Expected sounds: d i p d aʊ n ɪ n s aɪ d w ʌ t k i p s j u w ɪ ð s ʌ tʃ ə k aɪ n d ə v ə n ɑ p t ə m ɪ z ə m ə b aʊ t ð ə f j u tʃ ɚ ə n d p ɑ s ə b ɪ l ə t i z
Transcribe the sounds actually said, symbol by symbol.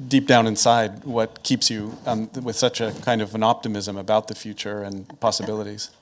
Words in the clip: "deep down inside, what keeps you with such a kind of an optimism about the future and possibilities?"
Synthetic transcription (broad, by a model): d i p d aʊ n ɪ n s aɪ d w ʌ t k i p s j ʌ w ɪ ð s ʌ tʃ ə k aɪ n d ə v ə n ɑ p t ə m ɪ z ə m ə b aʊ t ð ə f j u tʃ ɚ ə n p ɑ s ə b ɪ l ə t i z